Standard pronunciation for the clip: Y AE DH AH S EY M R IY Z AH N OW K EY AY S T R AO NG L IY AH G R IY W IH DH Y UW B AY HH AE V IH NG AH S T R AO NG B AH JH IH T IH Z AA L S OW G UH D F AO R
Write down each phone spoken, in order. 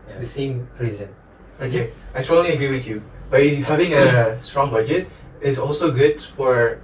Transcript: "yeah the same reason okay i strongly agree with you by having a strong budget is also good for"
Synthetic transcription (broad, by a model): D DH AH S EY M R IY Z AH N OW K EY AY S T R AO L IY AH G R IY W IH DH Y UW B AY HH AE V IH NG AH S T R AO NG B AH JH IH T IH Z AA L S OW G UH D F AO R